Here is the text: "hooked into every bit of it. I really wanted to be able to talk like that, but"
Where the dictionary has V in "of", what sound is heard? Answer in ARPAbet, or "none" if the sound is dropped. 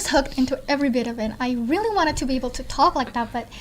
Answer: V